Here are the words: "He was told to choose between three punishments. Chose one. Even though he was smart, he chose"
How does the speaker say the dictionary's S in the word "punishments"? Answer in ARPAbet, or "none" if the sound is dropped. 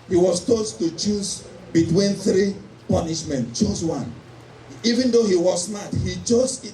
none